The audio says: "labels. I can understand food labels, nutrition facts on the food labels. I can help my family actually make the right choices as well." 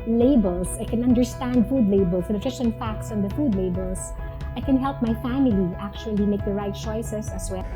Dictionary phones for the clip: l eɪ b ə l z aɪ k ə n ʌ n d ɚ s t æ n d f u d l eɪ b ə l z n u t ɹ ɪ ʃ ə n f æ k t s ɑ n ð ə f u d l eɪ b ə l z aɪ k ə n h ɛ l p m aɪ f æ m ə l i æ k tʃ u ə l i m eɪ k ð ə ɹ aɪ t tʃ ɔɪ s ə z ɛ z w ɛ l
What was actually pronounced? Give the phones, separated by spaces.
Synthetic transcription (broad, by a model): l eɪ b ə l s aɪ k ə n ʌ n d ɚ s t æ n d f u d l eɪ b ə l s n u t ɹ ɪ s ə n f æ k t s ɑ n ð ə f u d l eɪ b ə l s aɪ k ə n h ɛ l p m aɪ f æ m ə l i æ k tʃ u ə l i m eɪ k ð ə ɹ aɪ t tʃ ɔɪ s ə s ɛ s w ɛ